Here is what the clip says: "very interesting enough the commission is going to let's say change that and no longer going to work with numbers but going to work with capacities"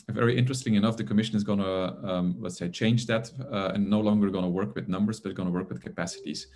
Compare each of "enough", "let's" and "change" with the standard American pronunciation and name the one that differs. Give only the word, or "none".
let's